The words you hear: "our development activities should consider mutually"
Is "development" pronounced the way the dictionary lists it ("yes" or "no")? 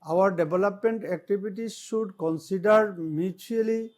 no